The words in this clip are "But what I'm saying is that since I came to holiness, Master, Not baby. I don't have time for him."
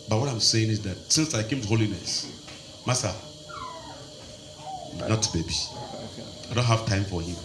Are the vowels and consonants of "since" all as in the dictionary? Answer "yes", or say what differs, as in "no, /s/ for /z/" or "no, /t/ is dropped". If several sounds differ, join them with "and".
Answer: yes